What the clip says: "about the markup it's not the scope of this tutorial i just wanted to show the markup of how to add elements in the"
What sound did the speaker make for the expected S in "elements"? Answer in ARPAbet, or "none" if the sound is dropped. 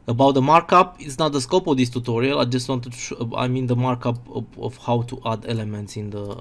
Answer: S